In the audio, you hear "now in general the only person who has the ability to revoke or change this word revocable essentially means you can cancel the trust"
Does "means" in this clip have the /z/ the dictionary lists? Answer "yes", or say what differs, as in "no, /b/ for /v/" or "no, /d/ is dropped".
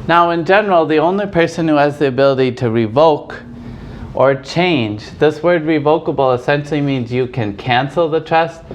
yes